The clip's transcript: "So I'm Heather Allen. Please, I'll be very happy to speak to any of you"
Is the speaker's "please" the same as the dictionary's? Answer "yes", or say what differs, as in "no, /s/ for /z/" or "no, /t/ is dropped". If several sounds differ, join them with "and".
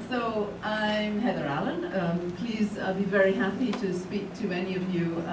yes